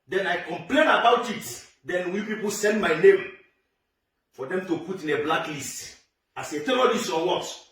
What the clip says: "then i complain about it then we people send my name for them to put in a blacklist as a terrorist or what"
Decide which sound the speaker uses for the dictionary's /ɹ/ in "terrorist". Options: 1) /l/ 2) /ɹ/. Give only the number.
1